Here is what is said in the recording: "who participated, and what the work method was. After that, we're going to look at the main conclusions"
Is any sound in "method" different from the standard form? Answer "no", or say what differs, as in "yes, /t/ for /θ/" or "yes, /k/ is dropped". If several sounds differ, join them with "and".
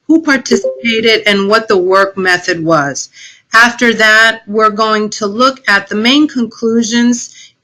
no